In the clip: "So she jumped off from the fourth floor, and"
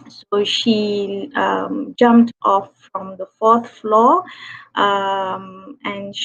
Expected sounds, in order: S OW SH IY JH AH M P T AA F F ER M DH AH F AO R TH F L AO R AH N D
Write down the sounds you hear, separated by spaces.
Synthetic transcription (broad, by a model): S OW SH IY JH AH M P T AA F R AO M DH AH F AO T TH F L AO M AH N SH